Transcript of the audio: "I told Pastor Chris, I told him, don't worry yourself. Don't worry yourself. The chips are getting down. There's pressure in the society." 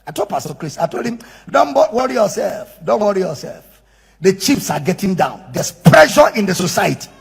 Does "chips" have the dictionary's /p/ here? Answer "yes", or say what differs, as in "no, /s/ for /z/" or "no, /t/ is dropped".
no, /f/ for /p/